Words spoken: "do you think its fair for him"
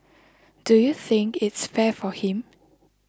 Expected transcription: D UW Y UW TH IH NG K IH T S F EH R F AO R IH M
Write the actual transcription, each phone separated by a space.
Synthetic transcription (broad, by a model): D UW Y UW TH IH NG K IH T S F EH F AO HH IH M